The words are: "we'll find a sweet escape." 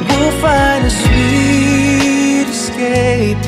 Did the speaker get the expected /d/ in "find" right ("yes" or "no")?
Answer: no